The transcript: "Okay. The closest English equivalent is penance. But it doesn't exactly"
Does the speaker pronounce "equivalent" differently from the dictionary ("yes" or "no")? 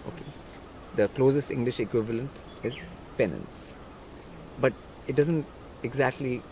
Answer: no